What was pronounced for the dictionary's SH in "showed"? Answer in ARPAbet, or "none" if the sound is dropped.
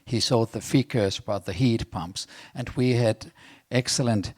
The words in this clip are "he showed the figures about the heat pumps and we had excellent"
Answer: S